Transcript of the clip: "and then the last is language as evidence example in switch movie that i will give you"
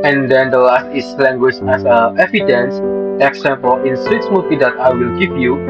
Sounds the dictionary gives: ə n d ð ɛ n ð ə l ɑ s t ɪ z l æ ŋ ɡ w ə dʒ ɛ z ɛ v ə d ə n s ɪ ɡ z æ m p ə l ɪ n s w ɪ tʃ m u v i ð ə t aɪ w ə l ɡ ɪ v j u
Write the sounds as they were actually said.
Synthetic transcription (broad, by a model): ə n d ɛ n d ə l ɑ s t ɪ s l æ ŋ ɡ w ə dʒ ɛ s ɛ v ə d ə n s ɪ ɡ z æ m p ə l ɪ n s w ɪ s m u v i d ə t aɪ w ə l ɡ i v j u